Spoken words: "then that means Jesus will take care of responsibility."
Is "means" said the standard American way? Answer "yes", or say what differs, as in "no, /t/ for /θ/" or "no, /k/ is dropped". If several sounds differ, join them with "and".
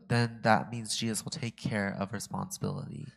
yes